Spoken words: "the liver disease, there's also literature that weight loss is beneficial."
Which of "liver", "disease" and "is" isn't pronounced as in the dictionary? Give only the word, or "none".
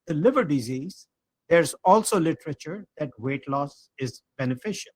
none